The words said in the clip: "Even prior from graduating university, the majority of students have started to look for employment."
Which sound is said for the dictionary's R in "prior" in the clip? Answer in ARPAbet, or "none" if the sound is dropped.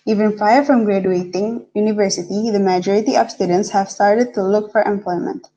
none